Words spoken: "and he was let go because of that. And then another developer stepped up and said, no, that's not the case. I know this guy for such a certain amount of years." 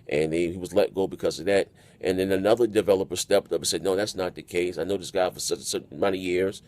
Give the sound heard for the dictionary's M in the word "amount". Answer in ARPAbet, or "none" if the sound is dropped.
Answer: none